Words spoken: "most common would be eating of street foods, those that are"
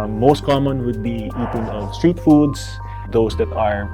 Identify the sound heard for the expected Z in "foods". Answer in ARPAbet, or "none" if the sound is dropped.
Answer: S